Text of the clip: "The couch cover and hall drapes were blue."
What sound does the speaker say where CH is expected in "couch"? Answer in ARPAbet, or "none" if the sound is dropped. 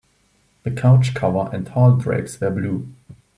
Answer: CH